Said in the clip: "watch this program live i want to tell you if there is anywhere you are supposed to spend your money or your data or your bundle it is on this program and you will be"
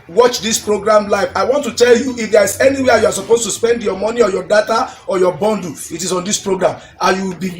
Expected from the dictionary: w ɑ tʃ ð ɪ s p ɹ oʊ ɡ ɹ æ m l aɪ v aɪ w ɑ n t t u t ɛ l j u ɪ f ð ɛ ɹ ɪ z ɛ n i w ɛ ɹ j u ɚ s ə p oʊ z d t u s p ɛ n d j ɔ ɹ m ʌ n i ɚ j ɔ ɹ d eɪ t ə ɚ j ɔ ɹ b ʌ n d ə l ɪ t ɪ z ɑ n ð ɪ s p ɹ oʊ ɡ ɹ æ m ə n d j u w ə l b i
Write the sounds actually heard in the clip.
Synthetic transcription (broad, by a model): w ɑ tʃ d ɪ s p ɹ oʊ ɡ ɹ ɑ m l aɪ f aɪ w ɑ n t t u t ɛ l j u ɪ f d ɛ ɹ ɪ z ɛ n i w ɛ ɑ j u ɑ s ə p oʊ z t u s p ɛ n d j ɔ m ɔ n i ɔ j ɔ d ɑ t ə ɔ j ɔ b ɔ n d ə ɪ t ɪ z ɑ n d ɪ s p ɹ oʊ ɡ ɹ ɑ m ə j u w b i